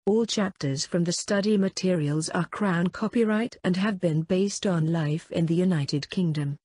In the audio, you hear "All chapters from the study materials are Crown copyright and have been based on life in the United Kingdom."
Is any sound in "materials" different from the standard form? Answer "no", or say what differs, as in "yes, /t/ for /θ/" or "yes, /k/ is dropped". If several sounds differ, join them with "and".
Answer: no